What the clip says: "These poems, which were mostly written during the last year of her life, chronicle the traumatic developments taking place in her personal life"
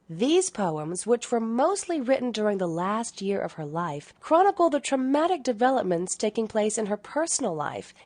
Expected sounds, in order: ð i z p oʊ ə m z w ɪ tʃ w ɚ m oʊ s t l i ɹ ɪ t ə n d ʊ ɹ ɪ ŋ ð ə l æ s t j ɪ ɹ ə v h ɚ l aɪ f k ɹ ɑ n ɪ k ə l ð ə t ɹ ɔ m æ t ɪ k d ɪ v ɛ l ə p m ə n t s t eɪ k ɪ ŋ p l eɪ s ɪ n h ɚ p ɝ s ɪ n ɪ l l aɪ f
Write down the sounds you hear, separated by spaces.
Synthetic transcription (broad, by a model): ð i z p oʊ ə m z w ɪ tʃ w ɚ m oʊ s t l i ɹ ɪ t n d ʊ ɹ ɪ ŋ ð ə l æ s t j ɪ ɹ ə v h ɚ l aɪ f k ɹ ɑ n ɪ k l ð ə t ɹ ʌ m æ t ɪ k d ɪ v ɛ l ə p m ə n t s t eɪ k ɪ ŋ p l eɪ s ɪ n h ɚ p ɝ s n l l aɪ f